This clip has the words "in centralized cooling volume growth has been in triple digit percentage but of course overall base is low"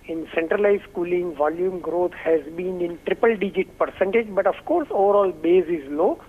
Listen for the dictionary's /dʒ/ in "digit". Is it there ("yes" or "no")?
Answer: yes